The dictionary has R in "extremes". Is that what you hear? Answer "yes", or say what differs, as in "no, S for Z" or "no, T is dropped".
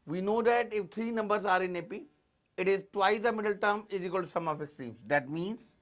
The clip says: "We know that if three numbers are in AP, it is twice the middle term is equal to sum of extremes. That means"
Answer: no, R is dropped